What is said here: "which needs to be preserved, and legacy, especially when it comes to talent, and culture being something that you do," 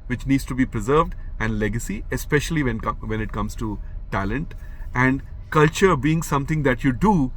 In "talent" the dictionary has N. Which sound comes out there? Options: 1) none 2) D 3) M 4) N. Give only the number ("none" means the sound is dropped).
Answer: 4